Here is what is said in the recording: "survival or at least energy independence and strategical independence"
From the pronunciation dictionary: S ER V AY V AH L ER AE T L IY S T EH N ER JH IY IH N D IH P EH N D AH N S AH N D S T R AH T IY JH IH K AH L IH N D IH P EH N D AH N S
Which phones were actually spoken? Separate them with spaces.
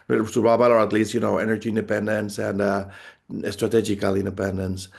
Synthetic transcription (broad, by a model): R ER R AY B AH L ER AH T L IY S T EH N ER JH IY IH N D IH P EH N D AH N S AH N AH S T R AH T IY JH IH K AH L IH N D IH P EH N D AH N S